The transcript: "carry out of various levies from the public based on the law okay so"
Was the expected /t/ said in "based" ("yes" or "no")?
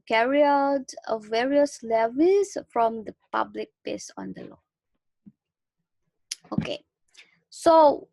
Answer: no